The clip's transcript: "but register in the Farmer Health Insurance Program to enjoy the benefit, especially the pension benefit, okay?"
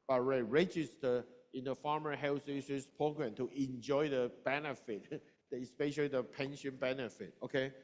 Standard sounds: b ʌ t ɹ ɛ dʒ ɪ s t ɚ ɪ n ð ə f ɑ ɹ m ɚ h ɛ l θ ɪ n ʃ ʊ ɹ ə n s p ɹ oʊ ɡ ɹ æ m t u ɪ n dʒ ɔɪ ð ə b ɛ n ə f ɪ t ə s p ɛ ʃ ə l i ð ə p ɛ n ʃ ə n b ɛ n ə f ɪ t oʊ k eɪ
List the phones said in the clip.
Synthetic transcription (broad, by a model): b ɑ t ɹ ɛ dʒ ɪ s t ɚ ɪ n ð ə f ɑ m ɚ h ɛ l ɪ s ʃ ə s p oʊ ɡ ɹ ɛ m t u ɪ n dʒ ɔɪ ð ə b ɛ n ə f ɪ t ə s p ɛ ʃ ə l i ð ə p ɛ n ʃ ə n b ɛ n ə f ɪ t oʊ k eɪ